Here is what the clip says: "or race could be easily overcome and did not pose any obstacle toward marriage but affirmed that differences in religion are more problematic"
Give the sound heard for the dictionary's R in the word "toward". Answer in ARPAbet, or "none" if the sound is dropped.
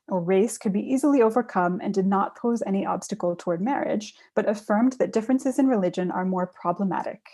R